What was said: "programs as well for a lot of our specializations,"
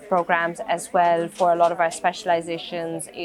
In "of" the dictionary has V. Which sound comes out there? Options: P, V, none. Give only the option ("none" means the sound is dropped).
V